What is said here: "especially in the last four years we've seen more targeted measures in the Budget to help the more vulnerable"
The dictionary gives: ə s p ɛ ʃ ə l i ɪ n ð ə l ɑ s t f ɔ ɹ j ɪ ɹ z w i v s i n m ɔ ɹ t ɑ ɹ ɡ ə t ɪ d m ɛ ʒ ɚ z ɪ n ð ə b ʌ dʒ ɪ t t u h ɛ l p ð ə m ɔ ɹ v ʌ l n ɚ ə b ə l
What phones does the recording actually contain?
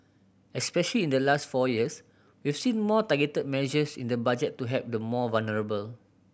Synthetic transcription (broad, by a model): ə s p ɛ ʃ ə l i ɪ n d ə l ɑ s t f ɔ j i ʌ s w i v s i n m ɔ t ɑ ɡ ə t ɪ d m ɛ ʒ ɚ s ɪ n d ə b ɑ dʒ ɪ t t u h ɛ p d ə m ɔ v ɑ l n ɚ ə b ə l